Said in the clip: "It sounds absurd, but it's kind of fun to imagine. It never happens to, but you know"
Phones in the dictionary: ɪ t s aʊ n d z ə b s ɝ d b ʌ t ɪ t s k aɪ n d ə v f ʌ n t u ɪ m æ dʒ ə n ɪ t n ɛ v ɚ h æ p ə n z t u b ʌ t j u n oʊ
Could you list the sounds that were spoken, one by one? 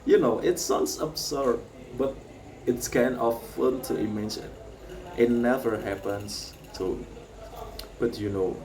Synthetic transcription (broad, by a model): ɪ t s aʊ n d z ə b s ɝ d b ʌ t ɪ t s k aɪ n ə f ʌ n t u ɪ m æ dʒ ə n ɪ t n ɛ v ɚ h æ p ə n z t u b ʌ t j u n oʊ